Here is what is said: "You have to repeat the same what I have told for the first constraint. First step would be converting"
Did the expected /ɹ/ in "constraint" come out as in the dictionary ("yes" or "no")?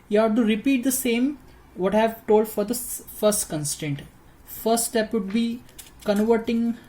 no